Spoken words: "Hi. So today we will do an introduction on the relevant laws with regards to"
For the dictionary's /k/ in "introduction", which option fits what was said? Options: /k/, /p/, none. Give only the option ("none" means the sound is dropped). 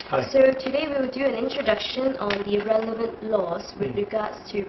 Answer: /k/